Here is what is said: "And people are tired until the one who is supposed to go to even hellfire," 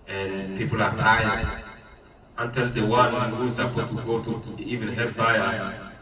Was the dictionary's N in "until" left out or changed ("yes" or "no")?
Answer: no